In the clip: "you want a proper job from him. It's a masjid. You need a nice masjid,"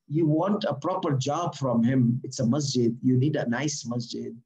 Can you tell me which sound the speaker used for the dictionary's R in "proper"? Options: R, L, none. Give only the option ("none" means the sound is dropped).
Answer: R